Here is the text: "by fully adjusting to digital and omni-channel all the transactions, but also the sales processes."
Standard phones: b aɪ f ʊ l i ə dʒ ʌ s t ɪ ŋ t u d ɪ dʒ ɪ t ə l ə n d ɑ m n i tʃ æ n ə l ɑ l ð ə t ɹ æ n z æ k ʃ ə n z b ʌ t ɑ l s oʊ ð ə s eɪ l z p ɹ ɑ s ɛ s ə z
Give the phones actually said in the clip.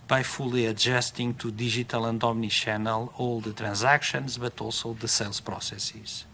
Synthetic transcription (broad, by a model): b aɪ f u l i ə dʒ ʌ s t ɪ ŋ t u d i ʒ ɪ t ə l ə n d ɑ m n i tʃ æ n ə l ɑ l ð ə t ɹ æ n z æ k ʃ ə n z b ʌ t ɑ l s oʊ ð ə s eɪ l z p ɹ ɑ s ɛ s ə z